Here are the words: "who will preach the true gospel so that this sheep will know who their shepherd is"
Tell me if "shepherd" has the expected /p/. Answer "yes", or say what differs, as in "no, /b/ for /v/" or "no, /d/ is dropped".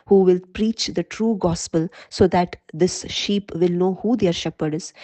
yes